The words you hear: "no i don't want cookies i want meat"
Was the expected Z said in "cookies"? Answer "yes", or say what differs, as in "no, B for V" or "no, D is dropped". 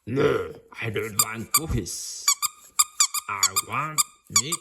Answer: no, S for Z